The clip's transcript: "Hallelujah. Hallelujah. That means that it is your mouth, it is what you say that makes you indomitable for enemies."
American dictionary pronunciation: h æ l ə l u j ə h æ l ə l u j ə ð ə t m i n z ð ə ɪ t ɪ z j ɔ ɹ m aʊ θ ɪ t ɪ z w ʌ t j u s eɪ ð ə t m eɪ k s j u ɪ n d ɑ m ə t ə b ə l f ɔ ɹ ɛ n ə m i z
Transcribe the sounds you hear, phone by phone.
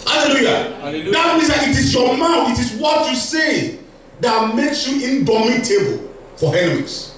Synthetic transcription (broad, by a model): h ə l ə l l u j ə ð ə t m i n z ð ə ɪ t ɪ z j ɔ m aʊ f ɪ t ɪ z w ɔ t j u s eɪ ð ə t m eɪ k s j u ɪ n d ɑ m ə t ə b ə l f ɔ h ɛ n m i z